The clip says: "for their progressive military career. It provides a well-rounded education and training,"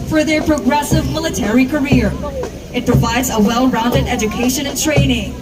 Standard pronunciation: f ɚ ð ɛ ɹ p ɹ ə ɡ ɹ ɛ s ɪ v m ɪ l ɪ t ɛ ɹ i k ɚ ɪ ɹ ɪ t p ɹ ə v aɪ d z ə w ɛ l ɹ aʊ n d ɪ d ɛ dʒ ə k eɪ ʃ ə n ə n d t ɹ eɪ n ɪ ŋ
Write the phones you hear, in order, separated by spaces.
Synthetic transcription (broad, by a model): f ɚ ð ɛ ɹ p ɹ ə ɡ ɹ ɛ s ɪ v m ɪ l ɪ t ɛ ɹ i k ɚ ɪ ɹ ɪ t p ɹ ə v aɪ d z ə w ɛ l ɹ aʊ n d ɪ d ɛ dʒ ə k eɪ ʃ ə n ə n t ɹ eɪ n ɪ ŋ